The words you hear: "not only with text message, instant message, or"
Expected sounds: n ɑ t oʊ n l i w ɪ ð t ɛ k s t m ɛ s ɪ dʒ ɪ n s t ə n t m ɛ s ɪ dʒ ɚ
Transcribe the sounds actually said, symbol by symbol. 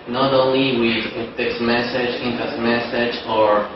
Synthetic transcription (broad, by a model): n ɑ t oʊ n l i w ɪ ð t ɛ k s m ɛ s ɪ dʒ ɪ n t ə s m ɛ s ɪ dʒ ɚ